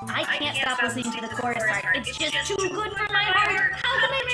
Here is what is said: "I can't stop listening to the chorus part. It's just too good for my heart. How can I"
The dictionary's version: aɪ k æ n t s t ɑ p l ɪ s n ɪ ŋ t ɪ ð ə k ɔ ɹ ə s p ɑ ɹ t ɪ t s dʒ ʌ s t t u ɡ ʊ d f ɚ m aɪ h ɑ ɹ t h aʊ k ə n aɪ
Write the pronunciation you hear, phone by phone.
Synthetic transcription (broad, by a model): aɪ k æ n t s t ɑ p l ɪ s ɪ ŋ t ɪ ð ə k ɔ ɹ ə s ɪ t s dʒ ʌ s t t u ɡ ʊ d f ɚ m aɪ h ɑ ɹ t h aʊ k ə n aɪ